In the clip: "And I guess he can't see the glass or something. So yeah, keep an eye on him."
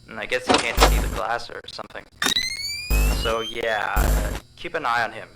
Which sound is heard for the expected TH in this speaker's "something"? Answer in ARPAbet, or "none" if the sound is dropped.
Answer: TH